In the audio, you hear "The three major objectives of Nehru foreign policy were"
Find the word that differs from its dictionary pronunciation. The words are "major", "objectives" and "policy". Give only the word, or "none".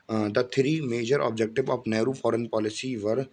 objectives